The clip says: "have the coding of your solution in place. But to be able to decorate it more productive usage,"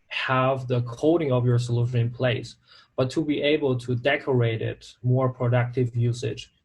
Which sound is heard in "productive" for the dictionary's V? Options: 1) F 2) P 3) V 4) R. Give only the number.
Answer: 3